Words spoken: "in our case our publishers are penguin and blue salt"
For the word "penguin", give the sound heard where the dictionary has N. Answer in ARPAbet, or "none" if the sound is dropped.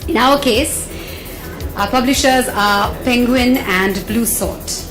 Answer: N